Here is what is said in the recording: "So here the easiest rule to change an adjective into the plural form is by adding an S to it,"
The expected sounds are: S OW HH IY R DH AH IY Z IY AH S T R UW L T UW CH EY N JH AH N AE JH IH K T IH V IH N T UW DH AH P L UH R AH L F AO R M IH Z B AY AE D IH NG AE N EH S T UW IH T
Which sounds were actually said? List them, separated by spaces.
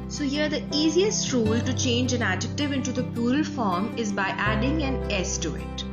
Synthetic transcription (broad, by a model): S OW HH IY R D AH IY Z IY AH S T R UW L T UW CH EY N JH AH N AE JH IH K T IH V IH N T UW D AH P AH L F AO R M IH Z B AY AE D IH NG AE N EH S T UW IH T